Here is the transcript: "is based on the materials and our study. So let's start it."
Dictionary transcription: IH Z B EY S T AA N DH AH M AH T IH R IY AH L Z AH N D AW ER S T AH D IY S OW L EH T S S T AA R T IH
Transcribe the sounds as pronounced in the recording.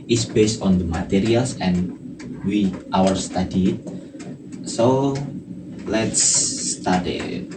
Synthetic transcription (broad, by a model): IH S B EY S T AA N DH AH M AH T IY R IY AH L S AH N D AW ER S T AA D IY S OW L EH T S S T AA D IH